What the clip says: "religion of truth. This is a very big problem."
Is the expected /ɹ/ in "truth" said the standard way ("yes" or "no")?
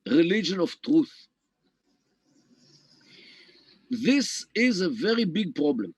yes